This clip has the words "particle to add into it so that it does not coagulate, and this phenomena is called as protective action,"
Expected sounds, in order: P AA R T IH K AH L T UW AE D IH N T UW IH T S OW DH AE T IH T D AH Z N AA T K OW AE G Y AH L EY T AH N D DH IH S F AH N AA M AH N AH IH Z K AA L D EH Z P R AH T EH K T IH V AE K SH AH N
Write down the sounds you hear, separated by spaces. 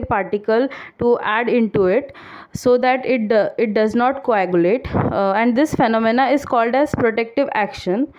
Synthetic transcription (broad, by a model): P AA R T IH K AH L T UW AE D IH N T UW IH T S OW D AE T IH T D AH Z N AA T K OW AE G Y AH L EY T AH N D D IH S F AH N AA M AH N AH IH Z K AA L D EH Z P R AH T EH K T IH V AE K SH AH N